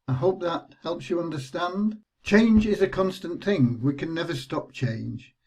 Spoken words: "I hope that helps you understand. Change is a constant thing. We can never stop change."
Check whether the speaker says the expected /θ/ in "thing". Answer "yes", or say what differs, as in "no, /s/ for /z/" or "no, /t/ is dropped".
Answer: yes